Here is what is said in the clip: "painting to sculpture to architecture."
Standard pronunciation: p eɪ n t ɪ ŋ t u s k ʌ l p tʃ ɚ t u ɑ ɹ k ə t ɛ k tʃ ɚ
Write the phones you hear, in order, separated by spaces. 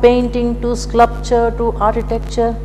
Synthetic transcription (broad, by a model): p eɪ n t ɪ ŋ t u s k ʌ p tʃ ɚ t u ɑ ɹ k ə t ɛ k tʃ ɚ